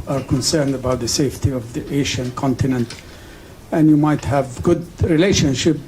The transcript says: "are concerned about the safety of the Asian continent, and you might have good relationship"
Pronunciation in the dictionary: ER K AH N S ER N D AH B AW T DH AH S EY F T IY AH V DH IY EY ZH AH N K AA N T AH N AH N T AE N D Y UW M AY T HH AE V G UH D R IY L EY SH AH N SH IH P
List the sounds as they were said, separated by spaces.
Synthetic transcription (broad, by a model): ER K AH N S ER N D AH B AW T DH AH S EY F T IY AH V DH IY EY SH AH N K AA N T AH N AH N T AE N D Y UW M AY T HH AE V G UH D R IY L EY SH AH N SH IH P